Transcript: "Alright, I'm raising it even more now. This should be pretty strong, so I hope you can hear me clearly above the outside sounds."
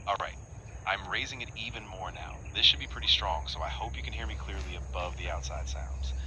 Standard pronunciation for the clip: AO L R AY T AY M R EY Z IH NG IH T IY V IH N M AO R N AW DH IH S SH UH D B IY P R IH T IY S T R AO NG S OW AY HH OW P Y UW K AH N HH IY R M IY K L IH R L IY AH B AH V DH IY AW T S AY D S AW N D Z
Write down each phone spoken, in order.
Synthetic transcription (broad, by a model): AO L R AY T AY M R EY Z IH NG IH T IY V IH N M AO R N AW DH IH S SH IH D B IY P R IH T IY S T R AO NG S OW AY HH OW P Y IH K AH N HH IY R M IY K L IH R L IY AH B AH V DH IY AW T S AY D S AW N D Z